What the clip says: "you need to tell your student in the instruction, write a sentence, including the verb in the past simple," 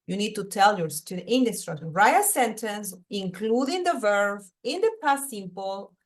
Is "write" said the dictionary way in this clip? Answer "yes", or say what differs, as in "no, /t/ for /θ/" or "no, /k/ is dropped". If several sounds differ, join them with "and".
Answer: no, /t/ is dropped